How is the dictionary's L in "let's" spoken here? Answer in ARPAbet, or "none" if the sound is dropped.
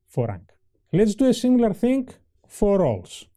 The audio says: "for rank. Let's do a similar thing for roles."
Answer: L